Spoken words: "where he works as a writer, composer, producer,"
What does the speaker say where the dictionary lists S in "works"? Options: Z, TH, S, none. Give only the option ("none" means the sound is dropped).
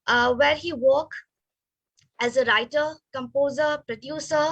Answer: none